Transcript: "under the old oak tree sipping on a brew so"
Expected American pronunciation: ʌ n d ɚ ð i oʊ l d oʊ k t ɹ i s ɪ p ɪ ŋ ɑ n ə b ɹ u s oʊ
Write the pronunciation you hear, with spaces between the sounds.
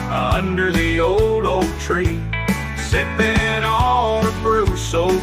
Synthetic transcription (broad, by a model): ʌ n d ɚ ð i oʊ l d oʊ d t ɹ i s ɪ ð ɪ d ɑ l ə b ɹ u s oʊ